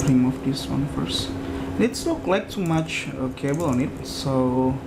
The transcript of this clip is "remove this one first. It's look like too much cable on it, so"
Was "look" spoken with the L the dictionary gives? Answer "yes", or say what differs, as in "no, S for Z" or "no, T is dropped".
no, N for L